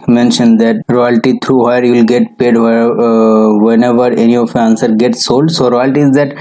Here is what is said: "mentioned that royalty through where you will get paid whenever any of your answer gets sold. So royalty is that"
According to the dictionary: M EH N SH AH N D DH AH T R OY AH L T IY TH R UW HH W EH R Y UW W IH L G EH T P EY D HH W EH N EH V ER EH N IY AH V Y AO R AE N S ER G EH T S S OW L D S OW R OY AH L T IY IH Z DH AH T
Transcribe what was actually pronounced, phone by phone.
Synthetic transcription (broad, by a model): M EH N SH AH N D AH T R OY AH L T IY T R UW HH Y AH R Y UW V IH L G EH T P EY D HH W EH N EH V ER EH N IY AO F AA N S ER G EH T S S OW L D S OW R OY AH L T IY IH Z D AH T